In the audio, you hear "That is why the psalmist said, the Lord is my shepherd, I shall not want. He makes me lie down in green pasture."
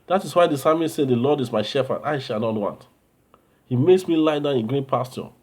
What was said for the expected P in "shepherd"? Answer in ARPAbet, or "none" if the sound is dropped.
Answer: F